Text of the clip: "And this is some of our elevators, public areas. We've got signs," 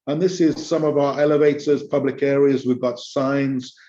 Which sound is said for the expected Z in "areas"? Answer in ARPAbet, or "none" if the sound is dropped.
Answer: Z